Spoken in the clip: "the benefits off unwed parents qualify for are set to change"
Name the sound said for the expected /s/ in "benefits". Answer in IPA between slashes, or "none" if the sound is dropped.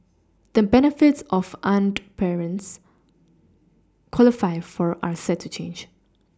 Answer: /s/